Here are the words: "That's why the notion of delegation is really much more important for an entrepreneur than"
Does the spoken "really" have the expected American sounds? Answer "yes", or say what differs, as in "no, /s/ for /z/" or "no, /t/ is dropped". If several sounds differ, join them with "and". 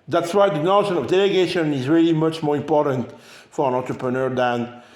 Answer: yes